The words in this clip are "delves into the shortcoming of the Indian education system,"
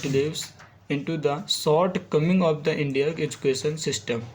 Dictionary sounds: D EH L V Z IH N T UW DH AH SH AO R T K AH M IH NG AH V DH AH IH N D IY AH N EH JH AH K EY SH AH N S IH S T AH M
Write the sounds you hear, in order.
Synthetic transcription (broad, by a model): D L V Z IH N T UW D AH S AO R T K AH M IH NG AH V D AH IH N D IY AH EH JH AH K EY SH AH N S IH S T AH M